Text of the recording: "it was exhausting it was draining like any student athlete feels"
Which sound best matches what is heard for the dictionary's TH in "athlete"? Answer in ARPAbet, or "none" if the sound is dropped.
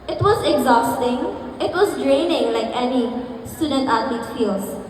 T